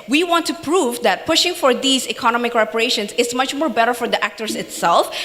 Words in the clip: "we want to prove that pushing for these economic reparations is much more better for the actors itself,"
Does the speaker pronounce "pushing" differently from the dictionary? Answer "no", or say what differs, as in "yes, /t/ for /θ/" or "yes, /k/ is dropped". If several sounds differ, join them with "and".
no